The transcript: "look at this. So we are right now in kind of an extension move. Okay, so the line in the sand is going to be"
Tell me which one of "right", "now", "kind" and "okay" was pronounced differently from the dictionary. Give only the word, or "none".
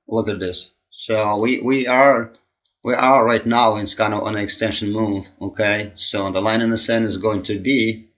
kind